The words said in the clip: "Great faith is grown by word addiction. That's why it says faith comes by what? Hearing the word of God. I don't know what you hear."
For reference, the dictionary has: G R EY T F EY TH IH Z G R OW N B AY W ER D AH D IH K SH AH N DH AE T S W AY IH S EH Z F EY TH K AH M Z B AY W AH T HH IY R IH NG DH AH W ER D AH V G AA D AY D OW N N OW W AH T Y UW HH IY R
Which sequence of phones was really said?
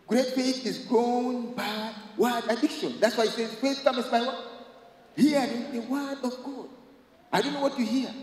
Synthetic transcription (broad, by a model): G R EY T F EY S IH Z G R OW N B AY W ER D AH D IH K SH AH N DH AE T S W AY IH S EH Z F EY S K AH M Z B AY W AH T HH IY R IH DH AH W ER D AH V G AA D AY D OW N N OW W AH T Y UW HH IY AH